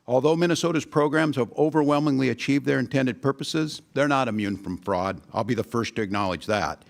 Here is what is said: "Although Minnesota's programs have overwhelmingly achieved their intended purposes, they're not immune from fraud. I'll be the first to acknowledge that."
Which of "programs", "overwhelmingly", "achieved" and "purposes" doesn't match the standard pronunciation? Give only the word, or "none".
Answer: none